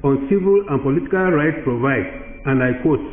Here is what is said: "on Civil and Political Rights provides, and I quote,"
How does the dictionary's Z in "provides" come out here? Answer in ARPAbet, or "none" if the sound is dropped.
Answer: none